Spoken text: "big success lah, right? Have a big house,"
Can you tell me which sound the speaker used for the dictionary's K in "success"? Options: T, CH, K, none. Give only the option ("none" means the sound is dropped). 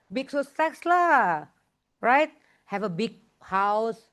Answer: none